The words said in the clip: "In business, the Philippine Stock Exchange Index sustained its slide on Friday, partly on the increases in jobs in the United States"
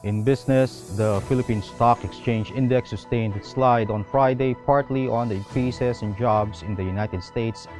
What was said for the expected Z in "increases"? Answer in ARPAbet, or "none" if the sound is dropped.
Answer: S